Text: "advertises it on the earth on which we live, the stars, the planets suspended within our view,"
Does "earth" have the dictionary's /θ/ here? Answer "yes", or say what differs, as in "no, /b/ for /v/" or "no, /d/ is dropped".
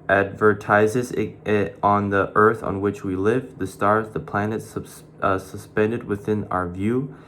yes